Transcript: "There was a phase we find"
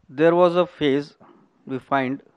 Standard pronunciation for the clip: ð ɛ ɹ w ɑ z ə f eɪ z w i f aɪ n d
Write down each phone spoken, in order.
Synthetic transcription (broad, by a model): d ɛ ɹ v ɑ z ə f eɪ z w i f aɪ n d